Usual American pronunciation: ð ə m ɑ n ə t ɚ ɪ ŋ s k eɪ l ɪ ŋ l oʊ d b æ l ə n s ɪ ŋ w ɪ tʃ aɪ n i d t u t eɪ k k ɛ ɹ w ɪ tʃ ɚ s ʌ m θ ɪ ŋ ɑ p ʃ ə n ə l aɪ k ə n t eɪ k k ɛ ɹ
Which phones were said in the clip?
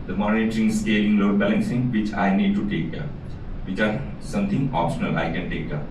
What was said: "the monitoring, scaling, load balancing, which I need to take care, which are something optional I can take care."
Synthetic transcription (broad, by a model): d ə m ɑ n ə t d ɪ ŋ s k eɪ l ɪ ŋ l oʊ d b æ l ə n s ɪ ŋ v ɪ tʃ aɪ n i d t u t eɪ k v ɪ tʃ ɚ s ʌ m t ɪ ŋ ɑ p ʃ ə n ə l aɪ k ə n t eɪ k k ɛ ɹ